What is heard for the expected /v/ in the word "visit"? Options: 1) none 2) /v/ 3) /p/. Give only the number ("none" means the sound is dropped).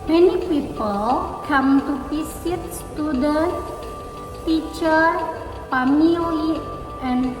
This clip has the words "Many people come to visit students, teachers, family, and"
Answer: 3